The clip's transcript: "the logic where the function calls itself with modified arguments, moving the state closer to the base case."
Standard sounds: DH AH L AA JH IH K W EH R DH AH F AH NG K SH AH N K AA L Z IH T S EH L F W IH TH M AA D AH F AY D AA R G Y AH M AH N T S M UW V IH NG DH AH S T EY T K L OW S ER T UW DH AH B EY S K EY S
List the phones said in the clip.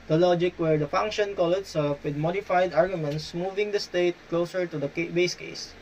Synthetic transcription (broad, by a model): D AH L AA JH IH K W EH R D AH F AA NG K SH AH N K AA L IH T S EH L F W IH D M AA D AH F AY D AA R G Y AH M AH N T S M UW V IH NG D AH S T EY T K L OW S ER T UW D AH B EY S K EY S